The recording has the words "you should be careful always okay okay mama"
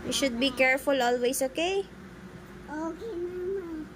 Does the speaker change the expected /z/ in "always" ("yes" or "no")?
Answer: yes